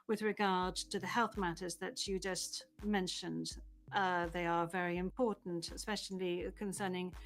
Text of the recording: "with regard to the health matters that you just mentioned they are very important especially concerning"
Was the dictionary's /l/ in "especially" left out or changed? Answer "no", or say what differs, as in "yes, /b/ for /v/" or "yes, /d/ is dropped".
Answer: no